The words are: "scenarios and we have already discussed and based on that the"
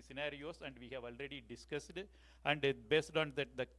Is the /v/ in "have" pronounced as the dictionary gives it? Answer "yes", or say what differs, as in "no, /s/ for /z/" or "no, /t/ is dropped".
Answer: yes